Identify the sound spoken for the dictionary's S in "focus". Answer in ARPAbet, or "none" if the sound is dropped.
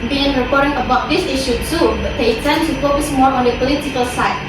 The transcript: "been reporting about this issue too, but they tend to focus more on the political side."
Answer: S